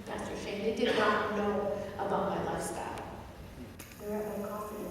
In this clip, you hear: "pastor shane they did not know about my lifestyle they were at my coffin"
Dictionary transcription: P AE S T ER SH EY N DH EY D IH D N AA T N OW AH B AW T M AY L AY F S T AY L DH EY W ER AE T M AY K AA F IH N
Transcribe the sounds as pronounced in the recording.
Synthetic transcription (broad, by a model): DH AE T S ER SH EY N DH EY D IH D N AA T N OW AH B AW T M AY L AY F S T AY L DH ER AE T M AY K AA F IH